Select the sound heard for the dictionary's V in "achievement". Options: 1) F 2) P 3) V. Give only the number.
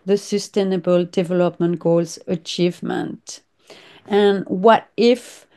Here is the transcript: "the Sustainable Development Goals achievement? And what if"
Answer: 3